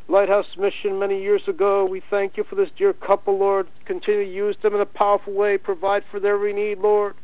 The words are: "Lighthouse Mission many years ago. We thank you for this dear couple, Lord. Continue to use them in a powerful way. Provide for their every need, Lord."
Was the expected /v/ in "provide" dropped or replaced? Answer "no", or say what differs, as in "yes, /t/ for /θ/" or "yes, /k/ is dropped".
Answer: no